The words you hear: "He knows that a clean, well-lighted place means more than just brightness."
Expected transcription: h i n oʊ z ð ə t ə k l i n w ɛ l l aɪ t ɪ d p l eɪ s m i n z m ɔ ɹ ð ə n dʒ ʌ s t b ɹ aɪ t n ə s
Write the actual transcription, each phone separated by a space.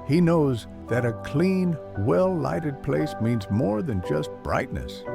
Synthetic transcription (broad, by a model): h i n oʊ z ð ə t ə k l i n w ɛ l l aɪ t ɪ d p l eɪ s m i n z m ɔ ɹ ð ə n dʒ ʌ s t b ɹ aɪ t n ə s